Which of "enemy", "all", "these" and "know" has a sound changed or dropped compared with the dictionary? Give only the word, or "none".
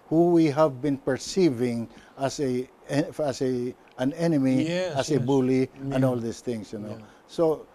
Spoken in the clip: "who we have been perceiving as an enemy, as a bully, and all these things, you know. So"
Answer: these